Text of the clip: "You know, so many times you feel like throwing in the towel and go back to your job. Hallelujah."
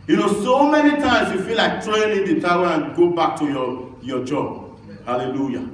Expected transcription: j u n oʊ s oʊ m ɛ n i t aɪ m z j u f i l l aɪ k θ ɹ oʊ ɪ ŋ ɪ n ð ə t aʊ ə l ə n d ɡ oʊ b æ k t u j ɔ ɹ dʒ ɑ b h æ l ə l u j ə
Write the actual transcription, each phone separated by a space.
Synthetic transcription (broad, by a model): j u n oʊ s oʊ m ɛ n i t aɪ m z j u f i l l aɪ k t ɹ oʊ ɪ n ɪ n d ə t aʊ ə n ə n ɡ oʊ b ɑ k t u j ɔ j dʒ ɑ b h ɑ l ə l u j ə